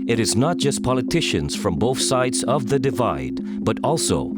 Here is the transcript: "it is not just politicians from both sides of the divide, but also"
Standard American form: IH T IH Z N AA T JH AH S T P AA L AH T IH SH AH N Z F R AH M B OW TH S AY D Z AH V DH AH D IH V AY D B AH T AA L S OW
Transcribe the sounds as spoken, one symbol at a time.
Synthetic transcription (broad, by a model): IH T IH Z N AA T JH AH S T P AA L AH T IH SH AH N Z F R AH M B OW TH S AY D Z AH V DH AH D IH V AY D B AH T AA L S OW